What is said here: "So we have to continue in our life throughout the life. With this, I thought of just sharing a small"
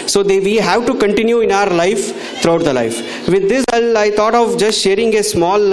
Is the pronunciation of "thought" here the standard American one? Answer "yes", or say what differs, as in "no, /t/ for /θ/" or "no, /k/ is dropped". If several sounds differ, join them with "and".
no, /t/ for /θ/